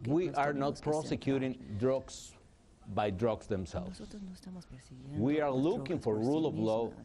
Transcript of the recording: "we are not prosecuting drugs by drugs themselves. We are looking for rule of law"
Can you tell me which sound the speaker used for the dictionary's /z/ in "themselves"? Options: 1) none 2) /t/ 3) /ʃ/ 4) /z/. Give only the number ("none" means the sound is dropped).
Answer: 1